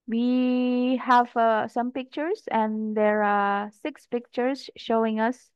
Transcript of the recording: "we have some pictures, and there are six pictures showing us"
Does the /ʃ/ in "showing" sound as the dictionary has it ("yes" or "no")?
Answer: yes